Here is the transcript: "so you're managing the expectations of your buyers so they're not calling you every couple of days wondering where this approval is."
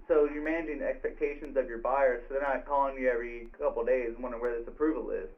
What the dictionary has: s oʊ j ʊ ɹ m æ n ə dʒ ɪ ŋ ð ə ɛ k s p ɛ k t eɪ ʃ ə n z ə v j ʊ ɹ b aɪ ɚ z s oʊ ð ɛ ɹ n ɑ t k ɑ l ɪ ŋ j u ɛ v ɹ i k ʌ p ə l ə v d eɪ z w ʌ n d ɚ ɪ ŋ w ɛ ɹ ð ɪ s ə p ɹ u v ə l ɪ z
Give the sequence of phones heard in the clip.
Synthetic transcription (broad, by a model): s oʊ j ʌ ɹ m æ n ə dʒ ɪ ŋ ɛ k s p ɛ k t eɪ ʃ ə n z ə v j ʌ ɹ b aɪ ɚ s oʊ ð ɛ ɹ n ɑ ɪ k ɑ l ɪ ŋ j u ɛ v ɹ i k ʌ p l d eɪ z w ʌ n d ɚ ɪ w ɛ ɹ ð ɪ s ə p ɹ u v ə l ɪ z